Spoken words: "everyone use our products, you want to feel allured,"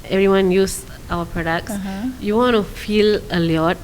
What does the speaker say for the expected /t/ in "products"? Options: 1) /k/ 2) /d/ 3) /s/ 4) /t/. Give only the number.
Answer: 3